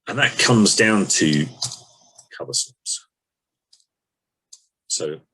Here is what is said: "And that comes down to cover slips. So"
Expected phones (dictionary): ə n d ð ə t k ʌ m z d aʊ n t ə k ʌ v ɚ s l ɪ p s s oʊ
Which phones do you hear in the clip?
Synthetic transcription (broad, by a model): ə n ð ə t k ʌ m z d aʊ n t ə k ʌ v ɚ s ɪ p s s oʊ